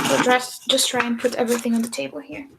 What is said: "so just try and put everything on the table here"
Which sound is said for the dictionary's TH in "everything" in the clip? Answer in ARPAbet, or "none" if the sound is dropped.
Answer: TH